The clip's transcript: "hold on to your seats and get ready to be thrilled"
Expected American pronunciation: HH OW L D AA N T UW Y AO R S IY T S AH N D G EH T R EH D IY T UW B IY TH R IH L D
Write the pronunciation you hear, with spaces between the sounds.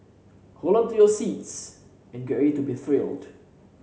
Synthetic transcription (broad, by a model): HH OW L AA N T UW Y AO S IY T S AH N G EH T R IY T UW B IY TH R IH L D